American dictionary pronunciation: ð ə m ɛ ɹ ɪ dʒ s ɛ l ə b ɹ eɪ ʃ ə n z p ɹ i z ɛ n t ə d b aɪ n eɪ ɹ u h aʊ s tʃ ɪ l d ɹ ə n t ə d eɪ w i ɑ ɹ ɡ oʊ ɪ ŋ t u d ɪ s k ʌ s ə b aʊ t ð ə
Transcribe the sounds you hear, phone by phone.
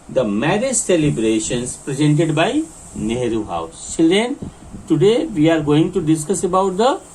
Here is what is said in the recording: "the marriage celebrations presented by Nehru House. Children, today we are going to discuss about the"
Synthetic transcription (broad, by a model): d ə m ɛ ɹ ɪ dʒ s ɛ l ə b ɹ eɪ ʃ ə n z p ɹ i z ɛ n t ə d b aɪ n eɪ ɹ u h aʊ s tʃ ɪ l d ə n t ə d eɪ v i ɑ ɹ ɡ oʊ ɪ ŋ t u d ɪ s k ʌ s ə b aʊ t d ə